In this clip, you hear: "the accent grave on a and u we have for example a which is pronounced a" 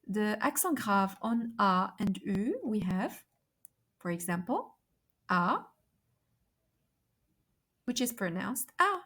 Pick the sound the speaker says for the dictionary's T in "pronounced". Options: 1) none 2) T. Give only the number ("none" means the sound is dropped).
2